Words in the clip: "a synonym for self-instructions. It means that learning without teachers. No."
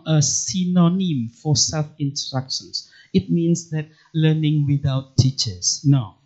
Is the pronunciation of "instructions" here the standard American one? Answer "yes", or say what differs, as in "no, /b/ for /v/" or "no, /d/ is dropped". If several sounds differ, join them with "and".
no, /s/ is dropped and /s/ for /z/